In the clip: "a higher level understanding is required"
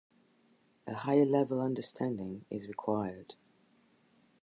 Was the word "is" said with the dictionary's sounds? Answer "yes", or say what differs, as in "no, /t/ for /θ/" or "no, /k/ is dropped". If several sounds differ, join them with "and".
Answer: yes